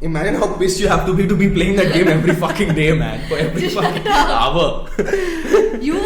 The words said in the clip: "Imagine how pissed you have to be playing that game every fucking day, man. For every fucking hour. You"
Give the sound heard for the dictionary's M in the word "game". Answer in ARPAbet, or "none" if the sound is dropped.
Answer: none